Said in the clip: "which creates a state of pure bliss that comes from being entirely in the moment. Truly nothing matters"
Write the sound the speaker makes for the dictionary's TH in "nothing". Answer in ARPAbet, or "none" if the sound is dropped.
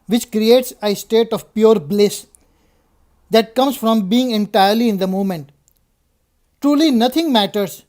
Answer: T